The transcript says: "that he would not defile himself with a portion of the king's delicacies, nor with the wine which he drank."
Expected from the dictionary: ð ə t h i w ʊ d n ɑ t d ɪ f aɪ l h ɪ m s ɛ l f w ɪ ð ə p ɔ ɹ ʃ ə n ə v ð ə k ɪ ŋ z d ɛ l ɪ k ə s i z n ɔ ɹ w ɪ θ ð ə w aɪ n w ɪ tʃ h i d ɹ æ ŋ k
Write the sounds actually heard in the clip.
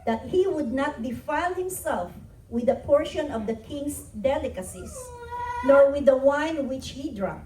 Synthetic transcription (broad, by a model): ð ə t h i w ʊ d n ɑ t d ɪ f aɪ l h ɪ m s ɛ l f w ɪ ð ə p ɔ ɹ ʃ ə n ə v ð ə k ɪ ŋ s d ɛ l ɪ k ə s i s n ɔ ɹ w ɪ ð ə w aɪ n w ɪ tʃ h i d ɹ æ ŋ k